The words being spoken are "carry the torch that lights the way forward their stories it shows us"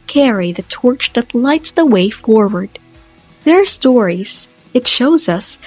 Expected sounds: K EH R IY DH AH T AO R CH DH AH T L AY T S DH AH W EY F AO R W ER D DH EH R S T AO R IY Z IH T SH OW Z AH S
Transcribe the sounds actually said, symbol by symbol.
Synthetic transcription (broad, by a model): K EH R IY DH AH T AO R CH DH AH T L AY T S DH AH W EY F AO R W ER D DH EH R S T AO R IY Z IH T SH OW Z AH S